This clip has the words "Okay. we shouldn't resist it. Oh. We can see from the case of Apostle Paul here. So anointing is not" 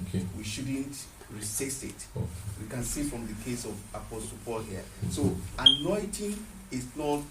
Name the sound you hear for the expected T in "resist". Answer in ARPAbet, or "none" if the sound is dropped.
none